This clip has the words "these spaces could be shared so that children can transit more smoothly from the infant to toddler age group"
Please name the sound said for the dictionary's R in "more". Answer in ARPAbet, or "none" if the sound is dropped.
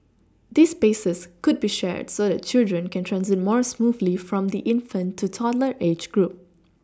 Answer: R